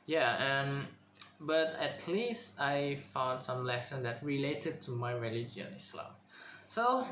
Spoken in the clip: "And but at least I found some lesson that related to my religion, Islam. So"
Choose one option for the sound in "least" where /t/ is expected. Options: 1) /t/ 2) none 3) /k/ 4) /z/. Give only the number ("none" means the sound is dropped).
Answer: 1